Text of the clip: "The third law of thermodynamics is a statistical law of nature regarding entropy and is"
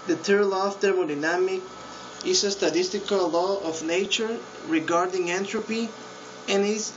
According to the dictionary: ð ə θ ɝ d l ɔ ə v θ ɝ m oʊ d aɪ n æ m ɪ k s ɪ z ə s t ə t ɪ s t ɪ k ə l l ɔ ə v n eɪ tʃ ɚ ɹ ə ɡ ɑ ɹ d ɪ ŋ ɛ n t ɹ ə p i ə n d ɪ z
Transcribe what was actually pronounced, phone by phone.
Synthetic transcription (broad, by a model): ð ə t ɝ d l ɔ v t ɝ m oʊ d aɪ n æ m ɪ k ɪ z ə s t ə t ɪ s t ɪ k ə l l ɔ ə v n eɪ tʃ ɚ ɹ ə ɡ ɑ ɹ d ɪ ŋ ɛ n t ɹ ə p i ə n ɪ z